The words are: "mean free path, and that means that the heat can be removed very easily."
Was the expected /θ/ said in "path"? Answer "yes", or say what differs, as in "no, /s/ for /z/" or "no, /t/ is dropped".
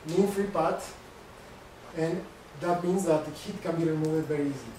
no, /t/ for /θ/